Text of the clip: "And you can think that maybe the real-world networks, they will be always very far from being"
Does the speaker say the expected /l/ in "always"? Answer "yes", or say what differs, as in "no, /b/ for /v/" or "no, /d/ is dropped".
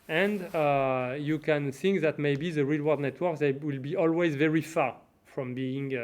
yes